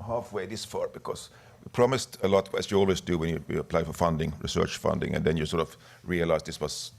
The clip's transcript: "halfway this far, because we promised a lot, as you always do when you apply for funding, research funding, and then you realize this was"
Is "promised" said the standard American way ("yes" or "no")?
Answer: yes